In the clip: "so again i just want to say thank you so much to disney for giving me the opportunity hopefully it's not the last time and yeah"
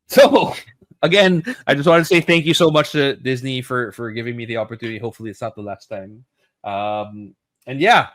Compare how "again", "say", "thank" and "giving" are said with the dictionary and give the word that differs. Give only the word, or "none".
none